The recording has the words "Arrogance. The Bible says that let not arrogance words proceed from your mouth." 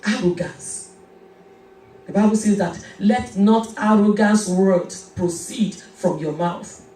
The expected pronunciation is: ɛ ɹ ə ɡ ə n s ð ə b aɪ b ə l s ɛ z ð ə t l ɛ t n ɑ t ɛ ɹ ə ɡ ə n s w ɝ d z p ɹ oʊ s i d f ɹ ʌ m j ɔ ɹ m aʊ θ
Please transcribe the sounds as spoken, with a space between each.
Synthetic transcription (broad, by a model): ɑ ɹ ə ɡ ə n s ð ə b aɪ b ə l s ɛ z ð ə t l ɛ t n ɑ t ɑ ɹ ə ɡ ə n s w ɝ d p ɹ oʊ s i d f ɹ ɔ m j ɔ m aʊ θ